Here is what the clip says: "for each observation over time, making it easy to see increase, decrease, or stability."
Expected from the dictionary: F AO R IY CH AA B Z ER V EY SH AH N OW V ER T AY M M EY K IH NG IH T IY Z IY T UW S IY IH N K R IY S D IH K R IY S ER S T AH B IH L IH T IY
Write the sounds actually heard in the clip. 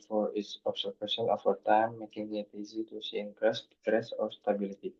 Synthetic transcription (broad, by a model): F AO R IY S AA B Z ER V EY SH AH N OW F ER T AY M M EY K IH NG IH T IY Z IY T UW S IY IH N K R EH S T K R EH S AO S T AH B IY L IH T IY